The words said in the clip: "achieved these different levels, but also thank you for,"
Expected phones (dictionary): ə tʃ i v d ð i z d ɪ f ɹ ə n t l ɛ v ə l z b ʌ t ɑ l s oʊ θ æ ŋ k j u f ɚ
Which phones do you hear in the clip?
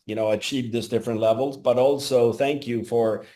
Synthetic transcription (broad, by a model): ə tʃ i v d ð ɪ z d ɪ f ɹ ə n t l ɛ v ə l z b ʌ t ɑ l s oʊ θ æ ŋ k j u f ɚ